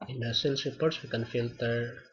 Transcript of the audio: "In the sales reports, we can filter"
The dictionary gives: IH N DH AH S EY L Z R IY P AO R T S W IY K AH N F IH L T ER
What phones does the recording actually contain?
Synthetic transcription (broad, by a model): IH N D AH S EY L S R IY P AO R T S W IY K AH N F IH L T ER